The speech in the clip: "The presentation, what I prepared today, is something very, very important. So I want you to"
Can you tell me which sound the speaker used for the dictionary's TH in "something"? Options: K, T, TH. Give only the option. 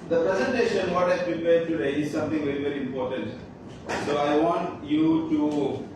T